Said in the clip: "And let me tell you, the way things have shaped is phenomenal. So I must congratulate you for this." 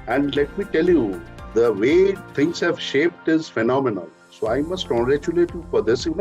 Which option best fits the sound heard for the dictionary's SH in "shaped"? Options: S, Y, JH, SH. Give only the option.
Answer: SH